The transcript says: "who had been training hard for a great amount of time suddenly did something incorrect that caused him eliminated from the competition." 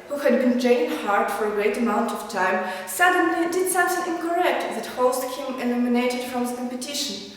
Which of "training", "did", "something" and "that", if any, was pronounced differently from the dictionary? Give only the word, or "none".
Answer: training